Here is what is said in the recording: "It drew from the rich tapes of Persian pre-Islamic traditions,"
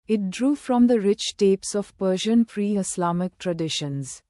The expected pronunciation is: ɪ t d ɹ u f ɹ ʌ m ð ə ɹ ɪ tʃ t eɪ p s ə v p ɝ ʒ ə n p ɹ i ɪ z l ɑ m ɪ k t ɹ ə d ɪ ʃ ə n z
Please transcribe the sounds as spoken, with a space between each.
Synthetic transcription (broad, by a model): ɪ t d ɹ u f ɹ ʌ m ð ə ɹ ɪ tʃ t eɪ p s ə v p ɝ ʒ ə n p ɹ i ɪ s l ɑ m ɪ k t ɹ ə d ɪ ʃ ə n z